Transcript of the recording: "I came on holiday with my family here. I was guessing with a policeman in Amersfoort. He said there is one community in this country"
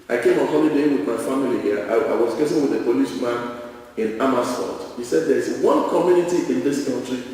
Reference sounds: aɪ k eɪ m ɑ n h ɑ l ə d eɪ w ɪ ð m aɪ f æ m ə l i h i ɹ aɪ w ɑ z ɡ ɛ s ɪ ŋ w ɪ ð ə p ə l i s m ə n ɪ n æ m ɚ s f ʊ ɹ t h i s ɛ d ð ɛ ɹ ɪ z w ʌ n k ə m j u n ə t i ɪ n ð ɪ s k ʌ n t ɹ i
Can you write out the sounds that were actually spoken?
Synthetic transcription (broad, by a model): aɪ k eɪ m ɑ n h ɑ l ə d eɪ w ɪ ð m aɪ f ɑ m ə l i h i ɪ aɪ w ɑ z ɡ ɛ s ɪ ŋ w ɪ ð ə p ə l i ʃ m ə n ɪ n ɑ m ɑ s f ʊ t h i s ɛ d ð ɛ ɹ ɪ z w ʌ n k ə m j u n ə t i ɪ n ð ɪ s k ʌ n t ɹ i